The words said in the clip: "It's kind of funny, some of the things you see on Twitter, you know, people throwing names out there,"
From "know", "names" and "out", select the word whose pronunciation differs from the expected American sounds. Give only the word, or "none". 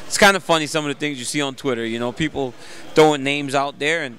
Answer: none